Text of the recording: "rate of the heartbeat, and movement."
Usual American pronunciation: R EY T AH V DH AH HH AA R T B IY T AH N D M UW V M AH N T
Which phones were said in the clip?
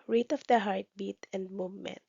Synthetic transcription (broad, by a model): R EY T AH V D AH HH AA R T B IY T AH N D M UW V M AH N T